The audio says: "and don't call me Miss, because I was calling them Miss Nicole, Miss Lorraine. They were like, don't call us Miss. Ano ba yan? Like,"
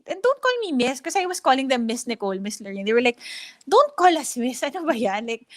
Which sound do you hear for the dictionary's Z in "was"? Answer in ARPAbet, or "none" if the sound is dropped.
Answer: S